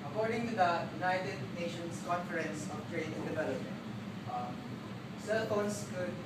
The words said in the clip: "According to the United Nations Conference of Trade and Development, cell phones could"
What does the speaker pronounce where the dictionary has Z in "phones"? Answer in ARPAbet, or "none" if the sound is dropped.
S